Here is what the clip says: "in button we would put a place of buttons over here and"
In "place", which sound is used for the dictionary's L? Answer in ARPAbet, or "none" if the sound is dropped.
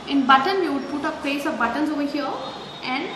none